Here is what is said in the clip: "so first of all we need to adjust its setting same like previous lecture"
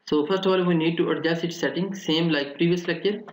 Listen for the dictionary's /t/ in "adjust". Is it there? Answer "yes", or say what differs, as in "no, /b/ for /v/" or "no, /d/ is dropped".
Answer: no, /t/ is dropped